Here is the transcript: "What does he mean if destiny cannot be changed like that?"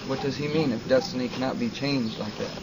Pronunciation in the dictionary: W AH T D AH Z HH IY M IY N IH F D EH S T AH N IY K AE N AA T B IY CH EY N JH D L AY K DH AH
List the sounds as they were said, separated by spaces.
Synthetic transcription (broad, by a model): W AH T D AH Z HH IY M IY N IH F D EH S T AH N IY K AE N AA T B IY CH EY N JH D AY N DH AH